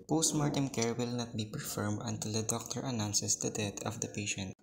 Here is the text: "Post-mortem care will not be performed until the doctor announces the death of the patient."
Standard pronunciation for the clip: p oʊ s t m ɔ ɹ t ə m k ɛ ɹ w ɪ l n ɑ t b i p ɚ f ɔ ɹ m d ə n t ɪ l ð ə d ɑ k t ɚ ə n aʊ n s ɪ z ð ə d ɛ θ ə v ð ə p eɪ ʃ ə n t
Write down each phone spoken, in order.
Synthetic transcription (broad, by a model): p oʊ s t m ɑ ɹ t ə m k ɛ ɹ w ɪ l n ɑ t b i p ɚ f ɔ ɹ m d ə n t ɪ l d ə d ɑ k t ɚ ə n aʊ n s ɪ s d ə d ɛ t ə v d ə p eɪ ʃ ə n t